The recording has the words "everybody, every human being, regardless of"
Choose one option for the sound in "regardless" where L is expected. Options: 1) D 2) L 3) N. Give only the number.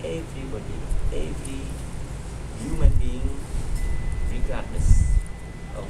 3